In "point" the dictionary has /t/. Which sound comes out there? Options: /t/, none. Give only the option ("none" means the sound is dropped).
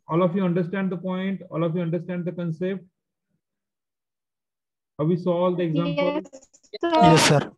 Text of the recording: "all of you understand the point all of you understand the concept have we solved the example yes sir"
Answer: /t/